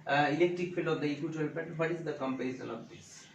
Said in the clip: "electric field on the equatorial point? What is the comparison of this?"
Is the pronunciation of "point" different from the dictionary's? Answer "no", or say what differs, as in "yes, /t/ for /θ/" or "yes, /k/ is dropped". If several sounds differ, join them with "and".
yes, /n/ is dropped